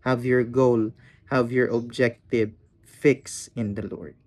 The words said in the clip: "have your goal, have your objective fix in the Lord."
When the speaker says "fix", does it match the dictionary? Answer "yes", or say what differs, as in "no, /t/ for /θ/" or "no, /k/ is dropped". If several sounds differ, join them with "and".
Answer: yes